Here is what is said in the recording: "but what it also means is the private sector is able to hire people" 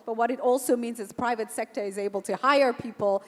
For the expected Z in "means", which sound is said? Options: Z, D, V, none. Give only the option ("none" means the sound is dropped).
Z